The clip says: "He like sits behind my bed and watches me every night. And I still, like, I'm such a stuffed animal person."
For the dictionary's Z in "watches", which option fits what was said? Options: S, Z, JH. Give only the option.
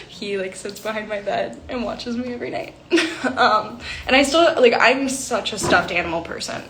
Z